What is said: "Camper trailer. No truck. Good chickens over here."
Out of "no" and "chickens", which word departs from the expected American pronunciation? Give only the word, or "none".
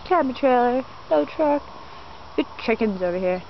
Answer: no